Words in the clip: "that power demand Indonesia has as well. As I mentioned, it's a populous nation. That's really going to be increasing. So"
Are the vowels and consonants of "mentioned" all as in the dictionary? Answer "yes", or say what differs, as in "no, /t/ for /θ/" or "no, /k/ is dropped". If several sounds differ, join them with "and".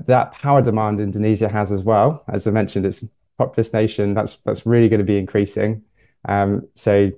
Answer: yes